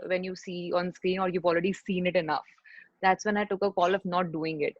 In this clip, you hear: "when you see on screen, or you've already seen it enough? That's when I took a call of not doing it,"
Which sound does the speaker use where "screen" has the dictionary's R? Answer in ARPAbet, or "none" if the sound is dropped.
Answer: R